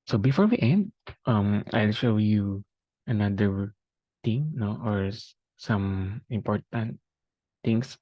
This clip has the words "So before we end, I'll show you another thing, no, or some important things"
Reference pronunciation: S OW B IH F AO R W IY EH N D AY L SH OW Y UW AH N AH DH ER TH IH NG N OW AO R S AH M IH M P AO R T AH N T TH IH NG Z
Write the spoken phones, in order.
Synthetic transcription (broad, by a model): S OW B IH F AO R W IY EH N D AY L SH OW Y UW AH N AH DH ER T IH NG N OW AO R S AH M IH M P AO R T AH N T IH NG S